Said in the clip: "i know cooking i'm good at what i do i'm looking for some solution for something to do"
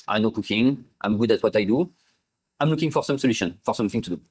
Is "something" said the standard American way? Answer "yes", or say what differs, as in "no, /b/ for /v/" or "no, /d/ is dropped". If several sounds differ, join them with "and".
yes